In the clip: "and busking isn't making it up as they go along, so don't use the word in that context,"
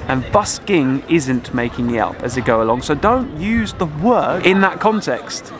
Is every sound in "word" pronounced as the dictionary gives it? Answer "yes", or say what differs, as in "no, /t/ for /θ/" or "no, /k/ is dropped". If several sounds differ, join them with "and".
no, /d/ is dropped